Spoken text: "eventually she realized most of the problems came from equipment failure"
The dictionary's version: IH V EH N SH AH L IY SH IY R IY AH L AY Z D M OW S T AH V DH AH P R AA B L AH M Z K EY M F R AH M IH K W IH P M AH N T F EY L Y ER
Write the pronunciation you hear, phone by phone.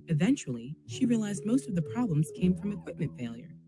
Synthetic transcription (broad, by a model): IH V EH N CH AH L IY SH IY R IY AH L AY Z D M OW S T AH V DH AH P R AA B L AH M Z K EY M F R AH M IH K W IH P M AH N T F EY L Y ER